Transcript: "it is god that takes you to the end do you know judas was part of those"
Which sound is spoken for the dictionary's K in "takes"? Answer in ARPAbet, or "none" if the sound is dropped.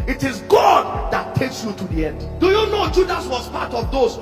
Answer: K